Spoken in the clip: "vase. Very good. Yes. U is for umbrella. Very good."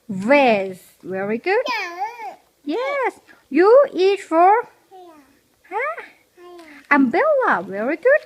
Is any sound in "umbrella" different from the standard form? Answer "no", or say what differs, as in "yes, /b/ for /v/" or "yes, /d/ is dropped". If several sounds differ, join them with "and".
yes, /ɹ/ is dropped